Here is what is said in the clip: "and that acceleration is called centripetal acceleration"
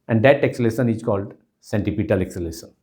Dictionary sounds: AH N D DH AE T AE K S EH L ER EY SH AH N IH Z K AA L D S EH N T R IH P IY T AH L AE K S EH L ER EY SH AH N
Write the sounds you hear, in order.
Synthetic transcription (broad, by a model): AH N D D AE T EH K S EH L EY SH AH N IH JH K AA L D S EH N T IH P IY T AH L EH K S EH L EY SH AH N